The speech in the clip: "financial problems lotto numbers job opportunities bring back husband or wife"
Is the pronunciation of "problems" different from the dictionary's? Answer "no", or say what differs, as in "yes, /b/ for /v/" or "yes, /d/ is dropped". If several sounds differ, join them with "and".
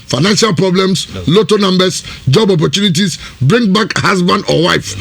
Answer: yes, /s/ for /z/